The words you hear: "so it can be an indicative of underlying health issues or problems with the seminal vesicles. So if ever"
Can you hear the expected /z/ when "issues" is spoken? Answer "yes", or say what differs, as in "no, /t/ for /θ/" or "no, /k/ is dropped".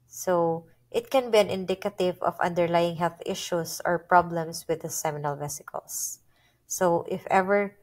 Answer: no, /s/ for /z/